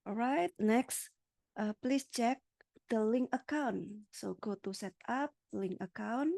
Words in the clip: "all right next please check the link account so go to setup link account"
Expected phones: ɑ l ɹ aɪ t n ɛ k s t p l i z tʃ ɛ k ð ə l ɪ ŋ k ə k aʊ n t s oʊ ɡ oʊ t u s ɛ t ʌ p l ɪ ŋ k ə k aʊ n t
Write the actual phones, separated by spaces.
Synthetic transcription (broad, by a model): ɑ ɹ aɪ t n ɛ k s t p l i s tʃ ɛ k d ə l ɪ ŋ k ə k aʊ n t s oʊ ɡ oʊ t u s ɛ t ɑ p l ɪ ŋ k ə k aʊ n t